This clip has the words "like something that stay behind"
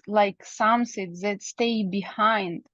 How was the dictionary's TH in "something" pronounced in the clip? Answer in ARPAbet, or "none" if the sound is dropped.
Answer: S